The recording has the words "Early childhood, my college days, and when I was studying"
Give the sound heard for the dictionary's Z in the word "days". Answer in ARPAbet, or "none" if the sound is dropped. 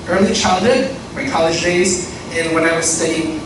Z